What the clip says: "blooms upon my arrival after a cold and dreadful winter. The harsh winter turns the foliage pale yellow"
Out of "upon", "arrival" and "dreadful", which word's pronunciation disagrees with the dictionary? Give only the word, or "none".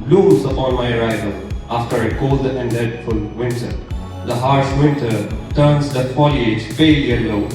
dreadful